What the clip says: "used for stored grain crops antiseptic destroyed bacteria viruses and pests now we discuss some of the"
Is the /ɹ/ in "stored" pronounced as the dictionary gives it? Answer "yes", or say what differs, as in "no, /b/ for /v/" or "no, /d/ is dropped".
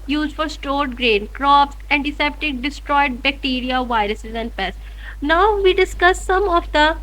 yes